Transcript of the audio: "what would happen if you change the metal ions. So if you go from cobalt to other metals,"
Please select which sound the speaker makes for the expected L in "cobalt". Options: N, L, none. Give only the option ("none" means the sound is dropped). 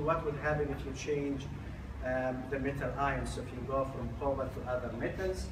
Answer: none